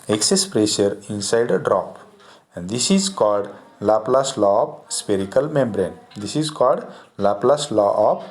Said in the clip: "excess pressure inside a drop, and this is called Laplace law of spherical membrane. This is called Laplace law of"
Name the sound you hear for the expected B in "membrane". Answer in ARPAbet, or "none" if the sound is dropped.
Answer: B